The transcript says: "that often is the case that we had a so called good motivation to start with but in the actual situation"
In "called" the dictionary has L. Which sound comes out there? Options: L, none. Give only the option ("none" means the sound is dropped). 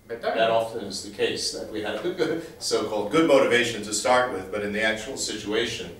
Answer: L